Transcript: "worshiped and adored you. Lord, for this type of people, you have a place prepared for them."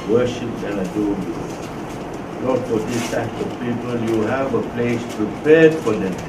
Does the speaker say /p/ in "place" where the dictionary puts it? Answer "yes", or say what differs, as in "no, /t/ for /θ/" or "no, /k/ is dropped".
yes